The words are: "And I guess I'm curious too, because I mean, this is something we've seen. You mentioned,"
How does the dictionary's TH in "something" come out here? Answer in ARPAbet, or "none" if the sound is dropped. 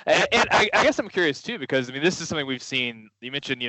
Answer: TH